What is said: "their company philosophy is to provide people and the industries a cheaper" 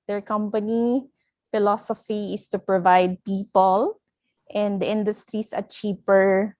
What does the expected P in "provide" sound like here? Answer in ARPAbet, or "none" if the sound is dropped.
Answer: P